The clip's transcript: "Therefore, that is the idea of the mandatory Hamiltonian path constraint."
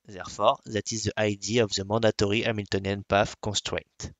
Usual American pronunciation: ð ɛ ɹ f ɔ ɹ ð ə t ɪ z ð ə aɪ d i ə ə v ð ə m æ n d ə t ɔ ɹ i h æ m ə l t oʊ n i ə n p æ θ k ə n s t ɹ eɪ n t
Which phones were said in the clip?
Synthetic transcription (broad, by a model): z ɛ ɹ f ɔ ɹ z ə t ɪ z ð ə aɪ d i ə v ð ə m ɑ d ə t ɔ ɹ i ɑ m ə l t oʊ n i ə n p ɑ f k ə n s t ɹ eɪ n t